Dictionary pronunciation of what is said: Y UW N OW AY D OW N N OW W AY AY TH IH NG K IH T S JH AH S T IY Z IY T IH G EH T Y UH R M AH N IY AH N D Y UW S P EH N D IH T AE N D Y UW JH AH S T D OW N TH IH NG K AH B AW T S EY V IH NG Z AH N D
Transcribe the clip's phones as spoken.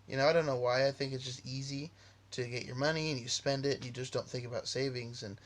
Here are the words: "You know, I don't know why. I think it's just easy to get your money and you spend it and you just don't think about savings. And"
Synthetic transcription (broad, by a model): Y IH N OW AY D OW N N OW W AY AY TH IH NG K IH T S JH AH S T IY Z IY T IH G EH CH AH R M AH N IY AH N Y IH S P EH N D IH T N Y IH JH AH S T D OW N TH IH NG K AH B AW T S EY V IH NG Z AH N